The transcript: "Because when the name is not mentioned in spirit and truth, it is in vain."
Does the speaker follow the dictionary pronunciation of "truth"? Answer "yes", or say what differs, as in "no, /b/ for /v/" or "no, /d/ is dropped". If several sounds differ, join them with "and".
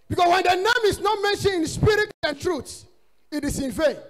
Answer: no, /s/ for /θ/